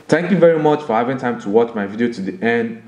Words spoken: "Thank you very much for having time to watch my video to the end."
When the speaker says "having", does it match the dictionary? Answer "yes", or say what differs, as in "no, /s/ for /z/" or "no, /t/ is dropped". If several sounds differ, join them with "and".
yes